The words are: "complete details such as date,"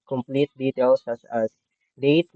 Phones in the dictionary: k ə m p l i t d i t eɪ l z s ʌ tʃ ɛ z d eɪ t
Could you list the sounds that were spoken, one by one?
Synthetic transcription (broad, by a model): k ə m p l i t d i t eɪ l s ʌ s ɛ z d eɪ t